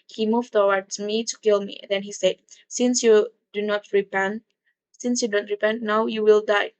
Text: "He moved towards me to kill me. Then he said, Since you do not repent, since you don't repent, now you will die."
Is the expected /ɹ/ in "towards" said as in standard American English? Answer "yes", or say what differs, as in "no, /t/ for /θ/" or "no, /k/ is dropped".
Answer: no, /w/ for /ɹ/